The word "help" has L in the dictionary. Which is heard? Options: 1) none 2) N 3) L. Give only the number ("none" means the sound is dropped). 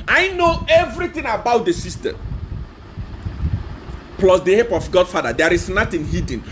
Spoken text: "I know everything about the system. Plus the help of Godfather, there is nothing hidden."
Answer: 1